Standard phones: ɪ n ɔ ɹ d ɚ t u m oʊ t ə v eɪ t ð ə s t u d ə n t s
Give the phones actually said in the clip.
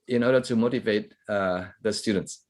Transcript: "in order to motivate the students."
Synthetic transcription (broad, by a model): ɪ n ɔ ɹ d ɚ t u m oʊ t ə v eɪ t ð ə s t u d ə n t s